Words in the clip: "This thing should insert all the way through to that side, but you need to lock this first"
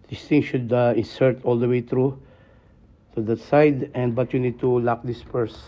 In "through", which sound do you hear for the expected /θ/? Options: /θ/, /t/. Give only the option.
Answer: /t/